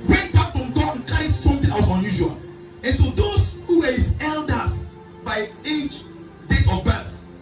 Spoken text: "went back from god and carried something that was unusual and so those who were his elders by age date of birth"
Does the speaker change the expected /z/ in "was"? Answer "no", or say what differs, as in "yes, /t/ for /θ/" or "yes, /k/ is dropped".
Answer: yes, /s/ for /z/